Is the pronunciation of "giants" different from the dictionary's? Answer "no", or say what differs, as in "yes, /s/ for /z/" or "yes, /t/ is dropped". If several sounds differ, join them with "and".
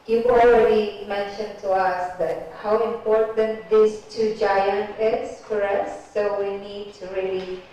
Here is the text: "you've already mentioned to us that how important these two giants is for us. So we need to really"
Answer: yes, /s/ is dropped